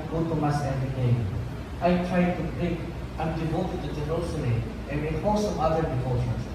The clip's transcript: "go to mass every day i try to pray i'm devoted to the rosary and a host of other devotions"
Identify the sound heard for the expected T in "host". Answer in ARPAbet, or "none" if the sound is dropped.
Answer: none